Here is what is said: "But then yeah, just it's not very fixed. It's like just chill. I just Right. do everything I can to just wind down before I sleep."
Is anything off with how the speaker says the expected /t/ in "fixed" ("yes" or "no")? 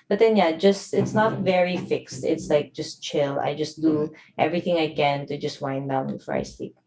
no